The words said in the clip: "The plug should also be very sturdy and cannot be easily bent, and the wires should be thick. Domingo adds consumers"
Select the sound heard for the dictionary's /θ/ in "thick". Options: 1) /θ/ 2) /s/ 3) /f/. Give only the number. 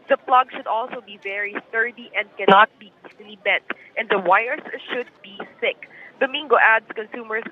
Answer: 2